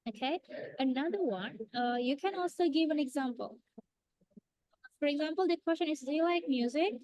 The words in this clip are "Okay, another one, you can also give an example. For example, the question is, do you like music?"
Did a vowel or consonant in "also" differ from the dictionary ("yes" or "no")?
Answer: no